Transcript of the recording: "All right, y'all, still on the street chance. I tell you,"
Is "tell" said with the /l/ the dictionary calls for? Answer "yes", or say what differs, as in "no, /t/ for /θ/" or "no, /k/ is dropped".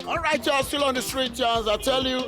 yes